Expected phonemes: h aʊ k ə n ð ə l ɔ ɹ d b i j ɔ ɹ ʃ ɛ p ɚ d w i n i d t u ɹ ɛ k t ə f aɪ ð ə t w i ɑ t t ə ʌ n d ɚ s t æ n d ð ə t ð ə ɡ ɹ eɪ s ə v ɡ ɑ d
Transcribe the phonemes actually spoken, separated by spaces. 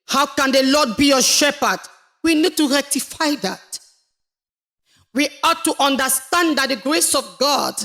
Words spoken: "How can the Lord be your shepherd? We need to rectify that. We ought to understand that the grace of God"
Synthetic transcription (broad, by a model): h aʊ k ə n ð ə l ɔ d b i j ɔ ʃ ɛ p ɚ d w i n i d t u ɹ ɛ k t ə f aɪ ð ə t w i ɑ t t ə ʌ n d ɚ s t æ n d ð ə t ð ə ɡ ɹ eɪ s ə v ɡ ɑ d